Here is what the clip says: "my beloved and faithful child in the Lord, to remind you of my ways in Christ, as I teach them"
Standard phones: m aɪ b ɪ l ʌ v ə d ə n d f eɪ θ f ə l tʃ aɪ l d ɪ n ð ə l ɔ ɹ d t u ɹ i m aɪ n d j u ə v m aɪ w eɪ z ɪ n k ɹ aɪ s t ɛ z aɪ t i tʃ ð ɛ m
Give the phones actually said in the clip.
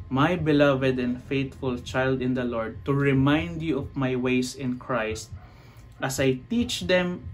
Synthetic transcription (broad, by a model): m aɪ b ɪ l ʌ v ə d ə n d f eɪ t f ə l tʃ aɪ l d ɪ n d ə l ɔ ɹ d t u ɹ i m aɪ n d j u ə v m aɪ w eɪ s ɪ n k ɹ aɪ s t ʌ s aɪ t i tʃ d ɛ m